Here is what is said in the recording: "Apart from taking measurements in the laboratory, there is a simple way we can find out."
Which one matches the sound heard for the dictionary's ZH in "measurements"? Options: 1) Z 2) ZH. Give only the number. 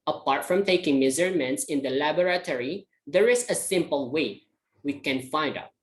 1